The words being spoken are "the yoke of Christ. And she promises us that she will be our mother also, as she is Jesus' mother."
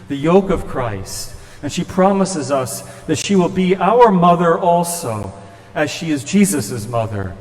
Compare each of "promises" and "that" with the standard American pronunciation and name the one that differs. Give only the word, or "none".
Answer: none